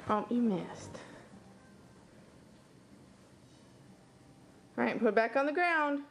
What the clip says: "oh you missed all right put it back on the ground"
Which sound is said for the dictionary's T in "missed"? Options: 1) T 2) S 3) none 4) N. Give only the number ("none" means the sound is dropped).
1